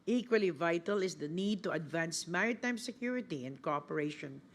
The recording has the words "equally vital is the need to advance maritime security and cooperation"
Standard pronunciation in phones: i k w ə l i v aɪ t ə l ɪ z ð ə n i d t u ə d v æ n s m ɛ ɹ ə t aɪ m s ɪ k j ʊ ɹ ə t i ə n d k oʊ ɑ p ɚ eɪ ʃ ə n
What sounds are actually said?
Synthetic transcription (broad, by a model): i k w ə l i v aɪ t ə l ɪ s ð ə n i d t u ə d v æ n s m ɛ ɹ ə t aɪ m s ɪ k j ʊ ɹ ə t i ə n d k oʊ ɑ p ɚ eɪ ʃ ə n